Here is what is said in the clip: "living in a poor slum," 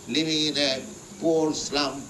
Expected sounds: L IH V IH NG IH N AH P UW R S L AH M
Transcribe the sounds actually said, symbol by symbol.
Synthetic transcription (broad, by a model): L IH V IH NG IH N AH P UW L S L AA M